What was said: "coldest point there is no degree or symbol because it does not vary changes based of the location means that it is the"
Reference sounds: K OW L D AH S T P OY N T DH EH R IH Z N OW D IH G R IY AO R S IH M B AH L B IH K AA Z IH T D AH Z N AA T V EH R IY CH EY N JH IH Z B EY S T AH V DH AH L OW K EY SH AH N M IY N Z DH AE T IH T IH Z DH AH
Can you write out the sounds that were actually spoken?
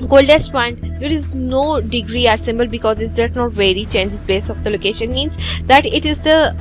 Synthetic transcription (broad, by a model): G OW L D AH S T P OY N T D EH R IH Z N OW D IH G R IY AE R S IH M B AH L B IH K AA Z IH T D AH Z N AA T V EH R IY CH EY N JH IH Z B EY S AH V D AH L OW K EY SH AH N M IY N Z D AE T IH T IH Z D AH